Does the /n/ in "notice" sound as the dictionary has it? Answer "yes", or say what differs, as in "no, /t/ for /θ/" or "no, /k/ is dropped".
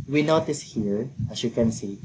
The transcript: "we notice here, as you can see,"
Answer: yes